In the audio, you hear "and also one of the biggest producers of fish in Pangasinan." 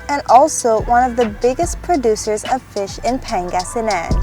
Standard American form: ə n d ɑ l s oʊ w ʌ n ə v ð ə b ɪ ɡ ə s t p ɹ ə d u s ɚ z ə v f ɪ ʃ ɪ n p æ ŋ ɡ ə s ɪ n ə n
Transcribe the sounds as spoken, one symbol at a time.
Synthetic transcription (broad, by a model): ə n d ɑ l s oʊ w ʌ n ə v ð ə b ɪ ɡ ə s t p ɹ ə d u s ɚ z ə v f ɪ ʃ ɪ n p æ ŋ ɡ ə s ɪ n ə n